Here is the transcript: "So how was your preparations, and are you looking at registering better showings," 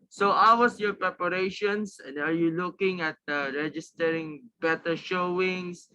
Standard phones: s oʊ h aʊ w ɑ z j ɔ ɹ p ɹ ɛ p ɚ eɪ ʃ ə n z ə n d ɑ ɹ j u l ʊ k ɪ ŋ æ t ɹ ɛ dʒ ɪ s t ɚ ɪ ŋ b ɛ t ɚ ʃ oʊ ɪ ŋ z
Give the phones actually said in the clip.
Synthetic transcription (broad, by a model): s oʊ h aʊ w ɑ s j ɔ ɹ p ɹ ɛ p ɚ eɪ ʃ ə n s ə n d ɑ ɹ j u l ʊ k ɪ ŋ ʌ t ɹ ɛ dʒ ɪ s t ɚ ɪ ŋ b ɛ t ɚ ʃ oʊ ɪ ŋ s